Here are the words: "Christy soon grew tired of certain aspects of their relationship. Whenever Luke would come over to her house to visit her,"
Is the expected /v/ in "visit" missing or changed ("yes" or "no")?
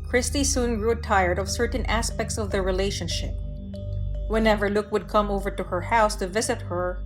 no